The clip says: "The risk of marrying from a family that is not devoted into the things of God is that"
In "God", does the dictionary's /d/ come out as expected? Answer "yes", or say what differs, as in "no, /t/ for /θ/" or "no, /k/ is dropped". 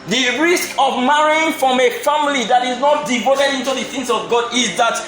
yes